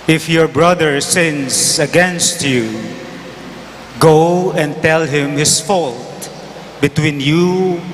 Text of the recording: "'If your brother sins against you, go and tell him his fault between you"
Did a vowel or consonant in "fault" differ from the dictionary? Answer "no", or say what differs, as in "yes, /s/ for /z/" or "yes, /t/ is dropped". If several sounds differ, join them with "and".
no